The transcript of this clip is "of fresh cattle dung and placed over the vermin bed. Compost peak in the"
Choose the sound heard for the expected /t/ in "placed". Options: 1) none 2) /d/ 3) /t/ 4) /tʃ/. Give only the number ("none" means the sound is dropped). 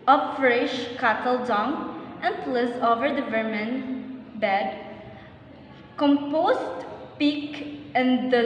1